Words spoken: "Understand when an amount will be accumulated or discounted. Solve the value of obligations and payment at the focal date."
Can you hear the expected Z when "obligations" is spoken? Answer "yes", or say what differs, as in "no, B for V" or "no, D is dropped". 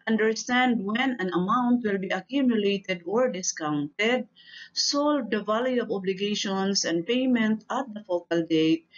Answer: no, S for Z